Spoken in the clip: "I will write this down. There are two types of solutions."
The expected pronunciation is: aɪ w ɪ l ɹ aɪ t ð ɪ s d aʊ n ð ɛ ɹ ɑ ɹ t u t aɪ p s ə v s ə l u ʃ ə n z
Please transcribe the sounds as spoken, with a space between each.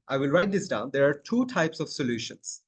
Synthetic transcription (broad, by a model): aɪ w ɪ l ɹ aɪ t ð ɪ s d aʊ n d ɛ ɹ ɑ ɹ t u t aɪ p s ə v s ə l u ʃ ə n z